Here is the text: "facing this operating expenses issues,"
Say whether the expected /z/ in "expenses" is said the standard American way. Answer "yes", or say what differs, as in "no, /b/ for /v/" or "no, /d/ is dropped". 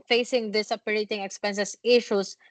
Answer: no, /s/ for /z/